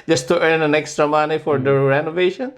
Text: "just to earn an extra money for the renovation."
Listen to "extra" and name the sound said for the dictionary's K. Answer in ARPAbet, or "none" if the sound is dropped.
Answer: K